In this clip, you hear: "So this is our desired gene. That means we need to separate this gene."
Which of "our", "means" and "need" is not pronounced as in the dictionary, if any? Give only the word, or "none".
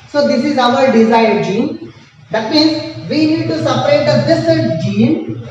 none